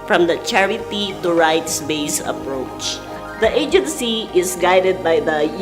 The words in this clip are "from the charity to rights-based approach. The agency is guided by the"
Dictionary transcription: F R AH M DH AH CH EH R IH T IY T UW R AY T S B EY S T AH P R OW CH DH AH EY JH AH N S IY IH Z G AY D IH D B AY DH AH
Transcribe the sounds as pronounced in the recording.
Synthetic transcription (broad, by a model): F R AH M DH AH CH EH R IH T IY T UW R AY T S B EY S AH P R OW CH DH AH EY JH AH N S IY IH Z G AY D IH D B AY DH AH